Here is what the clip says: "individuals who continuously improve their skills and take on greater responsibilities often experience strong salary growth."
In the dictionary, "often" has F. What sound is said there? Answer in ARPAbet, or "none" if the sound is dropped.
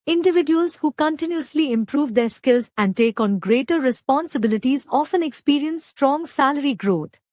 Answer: F